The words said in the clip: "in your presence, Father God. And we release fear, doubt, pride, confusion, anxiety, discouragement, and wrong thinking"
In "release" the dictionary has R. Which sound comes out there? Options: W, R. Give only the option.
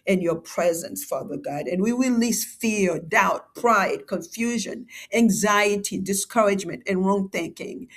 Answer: W